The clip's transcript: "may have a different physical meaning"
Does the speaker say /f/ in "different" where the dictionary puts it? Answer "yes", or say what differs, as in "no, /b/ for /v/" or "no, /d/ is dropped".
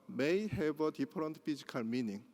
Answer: no, /p/ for /f/